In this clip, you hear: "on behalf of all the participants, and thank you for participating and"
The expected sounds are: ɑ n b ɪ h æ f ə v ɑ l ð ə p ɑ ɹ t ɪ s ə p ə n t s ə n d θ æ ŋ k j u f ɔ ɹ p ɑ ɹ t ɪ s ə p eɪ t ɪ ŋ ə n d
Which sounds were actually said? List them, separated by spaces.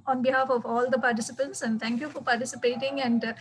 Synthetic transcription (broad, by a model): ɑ n b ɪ h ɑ f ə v ɑ l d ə p ɑ ɹ t ɪ s ə p ə n t s ə n d t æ ŋ k j u f ɔ ɹ p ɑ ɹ t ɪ s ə p eɪ t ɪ ŋ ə n d